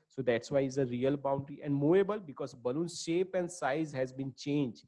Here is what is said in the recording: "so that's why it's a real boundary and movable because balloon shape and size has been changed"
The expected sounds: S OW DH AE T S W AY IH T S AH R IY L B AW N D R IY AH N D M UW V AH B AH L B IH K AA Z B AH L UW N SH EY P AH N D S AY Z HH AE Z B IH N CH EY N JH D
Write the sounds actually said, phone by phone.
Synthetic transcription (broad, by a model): S OW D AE T S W AY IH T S AH R IY L B AW N D R IY AH N D M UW AH B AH L B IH K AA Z B AH L UW N SH EY P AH N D S AY Z HH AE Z B IH N CH EY N JH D